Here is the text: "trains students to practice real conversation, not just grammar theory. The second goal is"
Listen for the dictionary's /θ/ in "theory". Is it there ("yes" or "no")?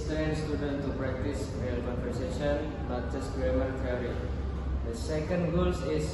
no